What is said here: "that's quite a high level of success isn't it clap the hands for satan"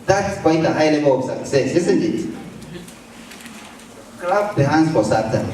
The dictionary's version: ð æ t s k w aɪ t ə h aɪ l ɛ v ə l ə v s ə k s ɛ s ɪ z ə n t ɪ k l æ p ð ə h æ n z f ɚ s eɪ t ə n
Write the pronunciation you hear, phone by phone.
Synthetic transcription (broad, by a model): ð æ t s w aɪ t ə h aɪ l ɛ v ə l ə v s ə s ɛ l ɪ s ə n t ɪ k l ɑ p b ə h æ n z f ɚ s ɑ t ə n